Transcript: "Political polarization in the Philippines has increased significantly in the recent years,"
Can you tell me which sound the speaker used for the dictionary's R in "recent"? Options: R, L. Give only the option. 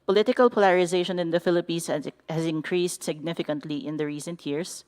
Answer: R